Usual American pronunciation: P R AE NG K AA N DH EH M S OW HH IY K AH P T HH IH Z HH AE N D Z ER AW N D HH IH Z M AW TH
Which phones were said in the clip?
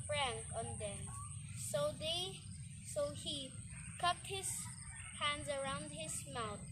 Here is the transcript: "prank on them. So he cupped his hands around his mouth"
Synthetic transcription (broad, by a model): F R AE NG K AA N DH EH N S OW HH IY K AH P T HH IH Z HH AE N D Z ER AW N D HH IH Z M AW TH